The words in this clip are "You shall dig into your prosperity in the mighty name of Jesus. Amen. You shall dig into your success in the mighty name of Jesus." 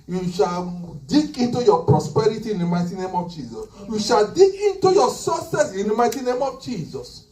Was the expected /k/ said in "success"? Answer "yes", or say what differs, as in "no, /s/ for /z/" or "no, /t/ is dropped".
no, /k/ is dropped